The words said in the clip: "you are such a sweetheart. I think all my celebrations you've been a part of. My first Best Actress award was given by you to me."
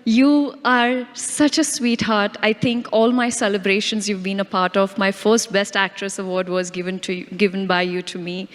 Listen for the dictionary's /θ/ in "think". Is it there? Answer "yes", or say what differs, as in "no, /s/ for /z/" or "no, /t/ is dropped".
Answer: no, /t/ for /θ/